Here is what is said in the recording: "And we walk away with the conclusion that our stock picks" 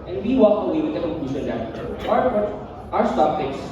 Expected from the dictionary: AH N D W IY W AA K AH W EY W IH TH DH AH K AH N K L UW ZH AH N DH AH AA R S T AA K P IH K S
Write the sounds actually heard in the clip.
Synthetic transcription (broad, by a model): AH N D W IY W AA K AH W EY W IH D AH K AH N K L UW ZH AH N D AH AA W S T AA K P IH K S